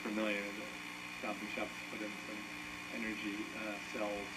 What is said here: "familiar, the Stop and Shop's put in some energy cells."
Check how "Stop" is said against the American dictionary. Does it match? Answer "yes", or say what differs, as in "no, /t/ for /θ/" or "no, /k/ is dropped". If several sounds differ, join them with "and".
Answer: no, /b/ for /p/